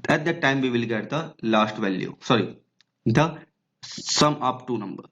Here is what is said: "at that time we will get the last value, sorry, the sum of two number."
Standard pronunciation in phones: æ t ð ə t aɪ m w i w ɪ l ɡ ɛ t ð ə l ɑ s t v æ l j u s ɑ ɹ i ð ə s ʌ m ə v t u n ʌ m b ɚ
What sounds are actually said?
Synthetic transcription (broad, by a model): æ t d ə t aɪ m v i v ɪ l ɡ ɛ t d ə l ɑ s t v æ l j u s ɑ ɹ i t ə s ʌ m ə p t u n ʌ m b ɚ